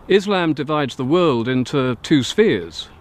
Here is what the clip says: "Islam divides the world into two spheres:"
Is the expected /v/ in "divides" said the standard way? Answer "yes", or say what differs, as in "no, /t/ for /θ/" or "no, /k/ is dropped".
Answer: yes